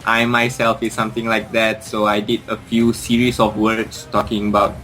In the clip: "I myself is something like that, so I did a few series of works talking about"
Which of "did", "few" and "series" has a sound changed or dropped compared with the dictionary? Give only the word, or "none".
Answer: series